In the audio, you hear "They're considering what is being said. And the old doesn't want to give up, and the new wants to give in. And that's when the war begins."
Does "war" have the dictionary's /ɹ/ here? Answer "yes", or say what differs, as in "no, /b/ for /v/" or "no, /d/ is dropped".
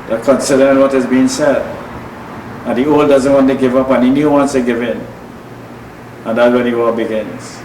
no, /l/ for /ɹ/